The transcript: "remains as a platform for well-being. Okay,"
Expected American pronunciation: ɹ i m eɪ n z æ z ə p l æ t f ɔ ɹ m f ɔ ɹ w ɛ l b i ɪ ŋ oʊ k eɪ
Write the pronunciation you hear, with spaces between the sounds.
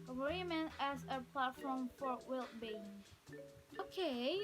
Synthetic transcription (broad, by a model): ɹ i m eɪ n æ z ə p l æ t f ɔ ɹ m f ɔ ɹ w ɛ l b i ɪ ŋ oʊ k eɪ